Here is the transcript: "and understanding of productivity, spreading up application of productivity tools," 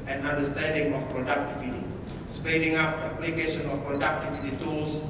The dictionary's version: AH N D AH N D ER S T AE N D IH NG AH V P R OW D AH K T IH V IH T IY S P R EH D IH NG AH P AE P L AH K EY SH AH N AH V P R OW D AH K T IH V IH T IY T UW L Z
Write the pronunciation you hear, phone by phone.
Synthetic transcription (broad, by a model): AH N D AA N D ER S T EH N D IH NG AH F P R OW D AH K T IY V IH T IY S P EH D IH NG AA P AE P L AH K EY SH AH N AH F P R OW D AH K T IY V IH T IY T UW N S